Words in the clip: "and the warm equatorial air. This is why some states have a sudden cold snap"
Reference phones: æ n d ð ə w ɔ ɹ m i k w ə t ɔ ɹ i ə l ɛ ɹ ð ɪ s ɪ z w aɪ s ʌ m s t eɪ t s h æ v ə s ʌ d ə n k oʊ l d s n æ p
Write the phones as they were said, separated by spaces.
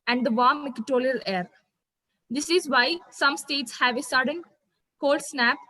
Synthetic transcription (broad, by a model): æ n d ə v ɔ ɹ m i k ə t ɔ l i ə l ɛ ɹ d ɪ s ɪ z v aɪ s ʌ m s t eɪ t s h æ v ə s ʌ d ə n k oʊ l d s n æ p